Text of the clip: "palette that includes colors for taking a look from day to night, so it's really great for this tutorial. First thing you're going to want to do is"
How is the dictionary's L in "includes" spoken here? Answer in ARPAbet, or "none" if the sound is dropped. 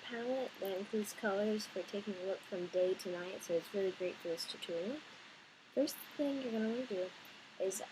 none